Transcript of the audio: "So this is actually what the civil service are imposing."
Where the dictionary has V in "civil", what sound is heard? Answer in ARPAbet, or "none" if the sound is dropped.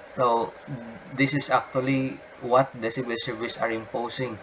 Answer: B